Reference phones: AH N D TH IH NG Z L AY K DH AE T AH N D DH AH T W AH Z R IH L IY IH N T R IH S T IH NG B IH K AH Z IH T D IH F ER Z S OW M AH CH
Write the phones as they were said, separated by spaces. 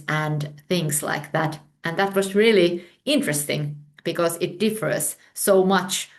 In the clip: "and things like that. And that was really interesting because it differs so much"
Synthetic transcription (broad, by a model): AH N TH IH NG Z L AY K DH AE T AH N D DH AH T W AH Z R IH L IY IH N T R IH S T IH NG B IH K AH Z IH T D IH F ER Z S OW M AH CH